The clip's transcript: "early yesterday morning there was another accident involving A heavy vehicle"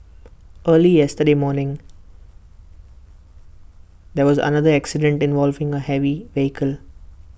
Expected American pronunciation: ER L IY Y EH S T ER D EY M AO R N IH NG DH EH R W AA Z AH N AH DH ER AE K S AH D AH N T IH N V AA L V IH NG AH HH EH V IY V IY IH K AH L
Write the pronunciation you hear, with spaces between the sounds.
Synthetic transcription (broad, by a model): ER L IY Y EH S T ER D EY M AO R N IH NG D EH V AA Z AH N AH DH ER AE K S AH D AH N T IH N V AA L V IH NG AH HH EH V IY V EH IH K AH L